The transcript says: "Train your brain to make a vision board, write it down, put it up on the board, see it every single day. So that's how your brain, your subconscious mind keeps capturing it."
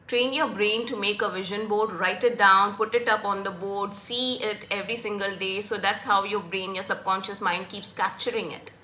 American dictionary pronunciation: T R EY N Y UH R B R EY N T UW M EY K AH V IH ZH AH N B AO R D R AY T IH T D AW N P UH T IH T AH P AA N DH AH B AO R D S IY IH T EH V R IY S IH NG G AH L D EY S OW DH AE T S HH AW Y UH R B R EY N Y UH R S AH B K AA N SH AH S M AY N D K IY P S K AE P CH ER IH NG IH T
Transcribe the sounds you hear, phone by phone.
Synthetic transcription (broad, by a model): T R EY N Y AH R B R EY N T UW M EY K AH V IH ZH AH N B AO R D R AY T IH T D AW N P UH T IH T AH P AA N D AH B AO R D S IY IH T EH V R IY S IH NG G AH L D EY S OW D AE T S HH AW Y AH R B R EY N Y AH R S AH B K AA N SH AH S M AY N D K IY P S K AE P CH ER IH NG IH T